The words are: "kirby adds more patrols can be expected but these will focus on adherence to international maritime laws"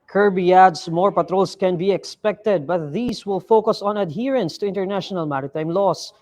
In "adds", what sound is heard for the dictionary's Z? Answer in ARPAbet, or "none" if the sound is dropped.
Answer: S